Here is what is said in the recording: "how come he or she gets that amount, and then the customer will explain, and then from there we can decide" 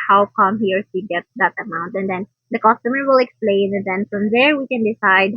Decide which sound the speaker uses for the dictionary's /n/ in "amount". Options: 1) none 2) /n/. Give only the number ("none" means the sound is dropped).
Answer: 2